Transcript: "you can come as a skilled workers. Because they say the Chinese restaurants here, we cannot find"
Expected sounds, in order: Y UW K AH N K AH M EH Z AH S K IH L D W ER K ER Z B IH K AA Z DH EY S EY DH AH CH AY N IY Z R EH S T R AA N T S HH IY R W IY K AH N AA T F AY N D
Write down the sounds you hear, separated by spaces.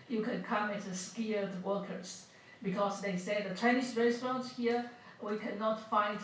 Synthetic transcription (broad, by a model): Y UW K AH N K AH M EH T AH S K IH D W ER K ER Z B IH K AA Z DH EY S EY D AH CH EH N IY S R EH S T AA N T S HH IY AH W IY K AH N AA T F AY N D